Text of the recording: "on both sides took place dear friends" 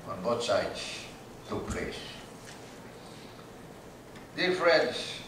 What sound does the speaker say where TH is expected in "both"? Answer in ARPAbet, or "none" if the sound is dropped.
T